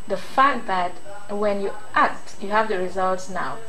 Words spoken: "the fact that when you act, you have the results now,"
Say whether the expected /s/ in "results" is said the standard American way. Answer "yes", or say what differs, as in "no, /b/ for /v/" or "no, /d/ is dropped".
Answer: yes